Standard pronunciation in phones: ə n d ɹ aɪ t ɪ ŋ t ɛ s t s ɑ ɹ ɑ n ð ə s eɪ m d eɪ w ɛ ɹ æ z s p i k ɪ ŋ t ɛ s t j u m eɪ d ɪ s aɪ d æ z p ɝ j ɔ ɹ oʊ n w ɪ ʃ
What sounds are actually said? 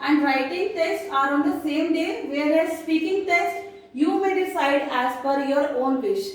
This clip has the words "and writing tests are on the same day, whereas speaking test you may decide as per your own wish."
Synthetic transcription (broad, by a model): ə n d ɹ aɪ t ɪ ŋ t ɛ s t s ɑ ɹ ɑ n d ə s eɪ m d eɪ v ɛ ɹ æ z s p i k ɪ ŋ t ɛ s t j u m eɪ d ɪ s aɪ d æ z f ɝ j ɔ ɹ oʊ n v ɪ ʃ